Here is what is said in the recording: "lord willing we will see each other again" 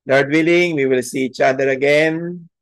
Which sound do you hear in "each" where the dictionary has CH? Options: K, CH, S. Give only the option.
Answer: CH